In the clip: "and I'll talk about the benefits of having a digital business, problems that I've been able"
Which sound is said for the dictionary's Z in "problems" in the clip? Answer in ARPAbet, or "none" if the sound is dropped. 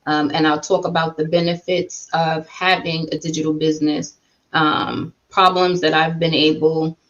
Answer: Z